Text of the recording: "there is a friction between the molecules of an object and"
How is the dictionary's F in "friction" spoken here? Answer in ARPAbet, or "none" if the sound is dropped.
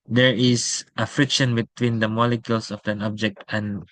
F